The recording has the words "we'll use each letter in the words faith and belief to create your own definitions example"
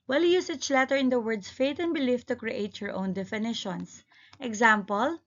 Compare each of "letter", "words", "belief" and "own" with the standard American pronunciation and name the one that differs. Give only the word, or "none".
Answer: words